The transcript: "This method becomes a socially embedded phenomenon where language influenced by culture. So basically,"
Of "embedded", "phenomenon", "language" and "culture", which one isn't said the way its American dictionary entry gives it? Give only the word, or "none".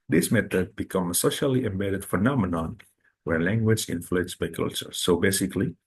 none